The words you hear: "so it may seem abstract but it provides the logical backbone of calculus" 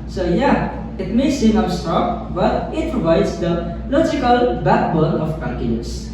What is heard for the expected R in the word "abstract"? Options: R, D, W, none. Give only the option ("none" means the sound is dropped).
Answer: none